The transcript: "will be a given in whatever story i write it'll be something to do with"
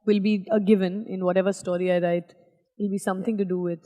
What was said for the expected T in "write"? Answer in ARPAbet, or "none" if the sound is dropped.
none